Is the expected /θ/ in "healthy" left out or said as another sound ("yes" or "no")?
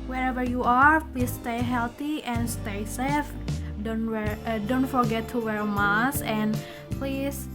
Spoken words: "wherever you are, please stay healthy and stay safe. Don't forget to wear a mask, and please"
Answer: yes